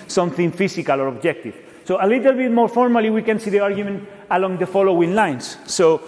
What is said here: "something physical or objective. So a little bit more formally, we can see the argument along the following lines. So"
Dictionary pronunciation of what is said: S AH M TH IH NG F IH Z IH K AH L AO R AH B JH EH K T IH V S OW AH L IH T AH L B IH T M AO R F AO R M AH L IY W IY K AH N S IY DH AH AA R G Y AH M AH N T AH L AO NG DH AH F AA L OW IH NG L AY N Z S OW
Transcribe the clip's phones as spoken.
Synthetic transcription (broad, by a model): S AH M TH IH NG F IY S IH K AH L AO R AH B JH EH K T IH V S OW AH L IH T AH L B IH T M AO R F AO R M AH L IY W IY K AH N S IY DH AH AA R G Y AH M AH N T AH L AO NG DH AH F AA L OW IH NG L AY N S OW